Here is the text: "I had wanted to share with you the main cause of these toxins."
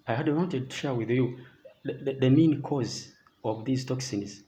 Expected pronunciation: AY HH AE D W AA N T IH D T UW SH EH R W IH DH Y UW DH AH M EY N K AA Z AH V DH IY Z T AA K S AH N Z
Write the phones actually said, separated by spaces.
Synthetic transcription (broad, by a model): AY HH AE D W AA N T IH D T UW SH EH R W IH DH Y UW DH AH M EY N K AA Z AH V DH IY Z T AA K S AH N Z